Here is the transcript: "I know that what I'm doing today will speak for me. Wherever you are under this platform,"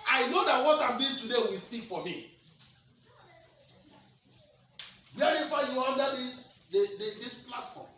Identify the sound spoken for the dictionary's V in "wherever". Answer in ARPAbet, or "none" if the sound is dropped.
F